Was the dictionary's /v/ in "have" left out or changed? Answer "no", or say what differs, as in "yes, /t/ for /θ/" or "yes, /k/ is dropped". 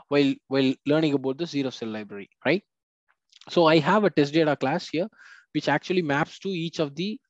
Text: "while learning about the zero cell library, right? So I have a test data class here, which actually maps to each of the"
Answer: no